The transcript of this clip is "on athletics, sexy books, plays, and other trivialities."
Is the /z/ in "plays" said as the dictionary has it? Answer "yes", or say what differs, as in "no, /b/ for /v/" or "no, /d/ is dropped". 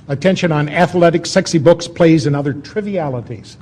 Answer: yes